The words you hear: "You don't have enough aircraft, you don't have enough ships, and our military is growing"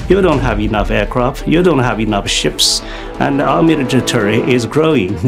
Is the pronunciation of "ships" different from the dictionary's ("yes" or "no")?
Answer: no